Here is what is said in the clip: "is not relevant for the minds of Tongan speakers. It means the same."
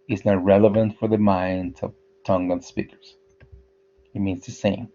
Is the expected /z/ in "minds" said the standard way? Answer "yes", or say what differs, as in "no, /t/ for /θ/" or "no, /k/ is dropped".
no, /z/ is dropped